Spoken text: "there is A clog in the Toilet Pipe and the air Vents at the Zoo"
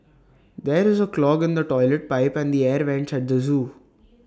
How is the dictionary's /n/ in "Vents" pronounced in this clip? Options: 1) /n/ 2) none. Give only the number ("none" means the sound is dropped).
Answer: 1